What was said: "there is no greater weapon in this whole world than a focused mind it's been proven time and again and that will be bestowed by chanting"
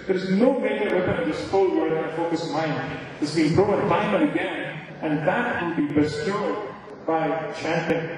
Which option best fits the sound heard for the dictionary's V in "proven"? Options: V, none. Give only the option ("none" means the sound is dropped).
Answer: none